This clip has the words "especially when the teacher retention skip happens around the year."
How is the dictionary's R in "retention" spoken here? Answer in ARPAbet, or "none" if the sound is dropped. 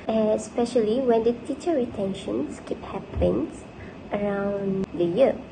R